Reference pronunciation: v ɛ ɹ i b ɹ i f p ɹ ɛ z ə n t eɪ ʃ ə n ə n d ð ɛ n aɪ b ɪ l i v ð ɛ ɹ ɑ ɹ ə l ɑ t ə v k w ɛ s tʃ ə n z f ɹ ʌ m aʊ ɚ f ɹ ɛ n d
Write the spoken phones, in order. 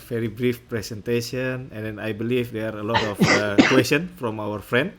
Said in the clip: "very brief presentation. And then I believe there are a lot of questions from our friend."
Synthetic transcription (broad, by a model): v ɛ ɹ i b ɹ i f p ɹ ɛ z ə n t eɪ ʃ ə n ə n d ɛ n aɪ b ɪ l i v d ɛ ɑ ɹ ə l ɑ t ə f k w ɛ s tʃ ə n f ɹ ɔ m aʊ ɚ f ɹ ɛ n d